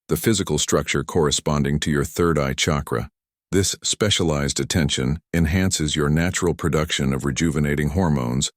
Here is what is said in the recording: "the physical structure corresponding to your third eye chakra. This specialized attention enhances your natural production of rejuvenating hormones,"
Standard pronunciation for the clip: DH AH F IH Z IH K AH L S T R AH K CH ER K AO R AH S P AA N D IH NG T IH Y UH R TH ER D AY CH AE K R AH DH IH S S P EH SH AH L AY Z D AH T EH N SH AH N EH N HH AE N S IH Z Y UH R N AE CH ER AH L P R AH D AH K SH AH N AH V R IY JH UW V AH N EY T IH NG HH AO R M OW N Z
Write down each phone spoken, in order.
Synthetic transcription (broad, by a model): DH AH F IH Z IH K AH L S T R AH K CH ER K AO R AH S P AA N D IH NG T IH Y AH R TH ER D AY CH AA K R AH DH IH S S P EH SH AH L AY Z D AH T EH N SH AH N EH N HH AE N S IH Z Y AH R N AE CH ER L P R AH D AH K SH AH N AH V R IY JH UW V AH N EY T IH NG HH AO R M OW N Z